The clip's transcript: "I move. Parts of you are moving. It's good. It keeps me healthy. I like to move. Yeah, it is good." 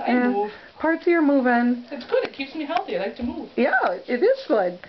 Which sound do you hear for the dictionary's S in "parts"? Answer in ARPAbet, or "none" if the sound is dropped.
none